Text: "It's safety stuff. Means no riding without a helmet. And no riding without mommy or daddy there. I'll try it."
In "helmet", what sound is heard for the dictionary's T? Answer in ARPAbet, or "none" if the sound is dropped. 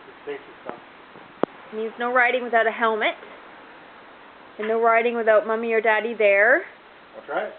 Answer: T